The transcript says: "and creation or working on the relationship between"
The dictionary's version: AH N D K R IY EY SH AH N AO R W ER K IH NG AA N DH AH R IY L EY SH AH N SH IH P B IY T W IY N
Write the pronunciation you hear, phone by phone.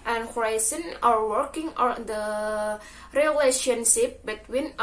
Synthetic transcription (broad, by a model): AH N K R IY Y S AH N AO R W ER K IH NG AA N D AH R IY L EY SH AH N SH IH P B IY T W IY N